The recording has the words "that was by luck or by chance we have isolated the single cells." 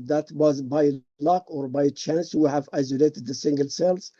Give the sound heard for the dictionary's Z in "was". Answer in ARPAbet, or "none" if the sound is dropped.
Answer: Z